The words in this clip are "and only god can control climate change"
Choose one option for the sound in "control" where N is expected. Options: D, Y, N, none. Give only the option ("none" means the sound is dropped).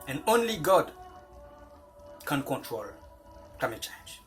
N